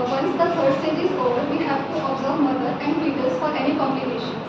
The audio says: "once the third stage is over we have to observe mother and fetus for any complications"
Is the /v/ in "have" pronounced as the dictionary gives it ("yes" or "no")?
no